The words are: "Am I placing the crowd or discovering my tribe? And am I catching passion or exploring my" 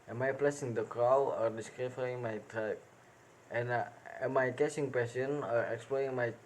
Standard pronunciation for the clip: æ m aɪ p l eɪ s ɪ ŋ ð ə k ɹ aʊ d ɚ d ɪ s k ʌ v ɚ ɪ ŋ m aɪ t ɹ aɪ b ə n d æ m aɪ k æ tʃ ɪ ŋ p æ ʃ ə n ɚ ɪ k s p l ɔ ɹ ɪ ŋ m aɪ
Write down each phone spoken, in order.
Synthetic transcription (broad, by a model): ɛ m aɪ p l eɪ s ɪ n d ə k ɹ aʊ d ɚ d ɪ s k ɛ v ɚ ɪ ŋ m aɪ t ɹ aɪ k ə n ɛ m aɪ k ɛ s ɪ ŋ p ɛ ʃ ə n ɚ ɪ k s p l ɔ ɹ ɪ ŋ m aɪ